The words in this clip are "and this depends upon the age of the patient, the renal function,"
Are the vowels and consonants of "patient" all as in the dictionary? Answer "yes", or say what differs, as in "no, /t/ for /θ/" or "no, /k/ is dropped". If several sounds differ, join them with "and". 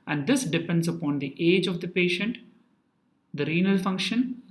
yes